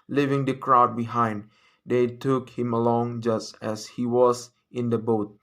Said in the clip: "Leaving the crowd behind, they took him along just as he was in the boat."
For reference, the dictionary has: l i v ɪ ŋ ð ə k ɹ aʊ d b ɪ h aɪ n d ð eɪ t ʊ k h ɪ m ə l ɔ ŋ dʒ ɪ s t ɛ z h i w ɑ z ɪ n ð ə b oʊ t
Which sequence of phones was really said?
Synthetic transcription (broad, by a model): l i v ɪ ŋ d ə k ɹ aʊ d b ɪ h aɪ n d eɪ t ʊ k h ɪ m ə l ɔ ŋ dʒ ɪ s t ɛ s h i w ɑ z ɪ n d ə b oʊ t